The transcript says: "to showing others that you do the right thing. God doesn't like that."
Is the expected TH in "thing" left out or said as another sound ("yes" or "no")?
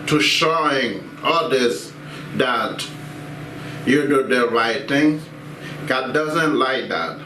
yes